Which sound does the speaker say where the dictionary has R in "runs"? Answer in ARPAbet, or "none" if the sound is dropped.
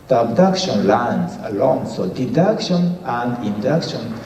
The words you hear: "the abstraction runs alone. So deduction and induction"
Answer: L